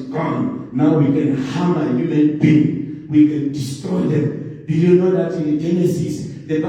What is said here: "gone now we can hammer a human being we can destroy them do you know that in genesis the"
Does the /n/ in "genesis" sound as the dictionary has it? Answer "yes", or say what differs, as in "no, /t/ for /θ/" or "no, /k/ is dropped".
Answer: yes